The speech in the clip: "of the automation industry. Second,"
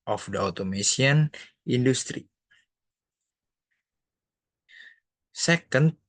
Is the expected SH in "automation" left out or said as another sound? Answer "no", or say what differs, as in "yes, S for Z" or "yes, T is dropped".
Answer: yes, S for SH